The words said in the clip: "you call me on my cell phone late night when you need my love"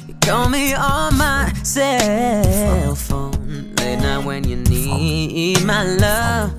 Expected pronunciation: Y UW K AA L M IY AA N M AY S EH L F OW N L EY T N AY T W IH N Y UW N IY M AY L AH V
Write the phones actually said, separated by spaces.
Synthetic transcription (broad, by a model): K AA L M IY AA L M AY S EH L F OW N L EY T N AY W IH N Y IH N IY M AY L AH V